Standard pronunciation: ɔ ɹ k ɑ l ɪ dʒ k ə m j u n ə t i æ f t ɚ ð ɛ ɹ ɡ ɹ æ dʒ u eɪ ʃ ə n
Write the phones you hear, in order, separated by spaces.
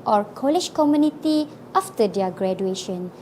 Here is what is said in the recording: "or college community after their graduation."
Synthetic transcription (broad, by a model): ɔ ɹ k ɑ l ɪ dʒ k ə m j u n ə t i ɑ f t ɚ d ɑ ɡ ɹ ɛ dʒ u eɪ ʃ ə n